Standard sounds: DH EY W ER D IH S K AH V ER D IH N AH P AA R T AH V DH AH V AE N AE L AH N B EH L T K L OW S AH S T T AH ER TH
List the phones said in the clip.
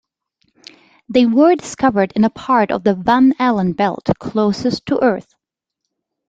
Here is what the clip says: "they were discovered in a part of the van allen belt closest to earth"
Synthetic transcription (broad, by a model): DH EY W ER D IH S K AH V ER D IH N AH P AA R T AH V DH AH V AE N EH L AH N B EH L T K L OW S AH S T T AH ER TH